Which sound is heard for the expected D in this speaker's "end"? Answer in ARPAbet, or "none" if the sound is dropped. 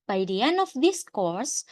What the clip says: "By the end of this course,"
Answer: none